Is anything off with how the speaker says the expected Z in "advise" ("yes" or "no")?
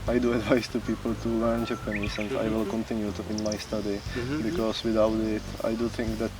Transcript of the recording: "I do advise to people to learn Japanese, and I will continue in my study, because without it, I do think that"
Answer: yes